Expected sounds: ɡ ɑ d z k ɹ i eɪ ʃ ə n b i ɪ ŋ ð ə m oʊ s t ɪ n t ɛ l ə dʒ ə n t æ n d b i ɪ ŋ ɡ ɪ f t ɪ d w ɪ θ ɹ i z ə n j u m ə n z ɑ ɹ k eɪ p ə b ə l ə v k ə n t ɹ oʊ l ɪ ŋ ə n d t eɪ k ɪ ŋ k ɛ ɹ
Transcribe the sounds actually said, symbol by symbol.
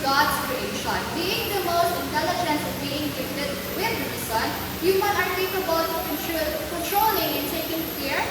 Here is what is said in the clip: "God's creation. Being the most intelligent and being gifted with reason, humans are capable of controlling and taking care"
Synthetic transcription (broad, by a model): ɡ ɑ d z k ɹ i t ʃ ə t b i ɪ ŋ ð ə m oʊ s t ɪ n t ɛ l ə dʒ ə n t b i ɪ ŋ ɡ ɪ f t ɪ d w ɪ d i s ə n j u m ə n ɑ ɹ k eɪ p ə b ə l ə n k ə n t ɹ oʊ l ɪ ŋ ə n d t eɪ k ɪ ŋ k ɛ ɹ